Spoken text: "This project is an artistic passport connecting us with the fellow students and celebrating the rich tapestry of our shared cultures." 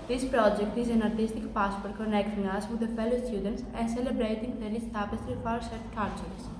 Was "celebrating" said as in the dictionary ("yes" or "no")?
yes